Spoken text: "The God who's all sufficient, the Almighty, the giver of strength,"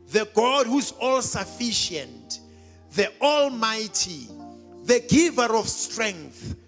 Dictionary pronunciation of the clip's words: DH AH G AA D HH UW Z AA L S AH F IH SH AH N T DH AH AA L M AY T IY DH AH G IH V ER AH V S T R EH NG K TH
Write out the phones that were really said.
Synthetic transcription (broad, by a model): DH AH G AA D HH UW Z AA L S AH F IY SH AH N T DH AH AA L M AY T IY DH AH G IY V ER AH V S T R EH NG K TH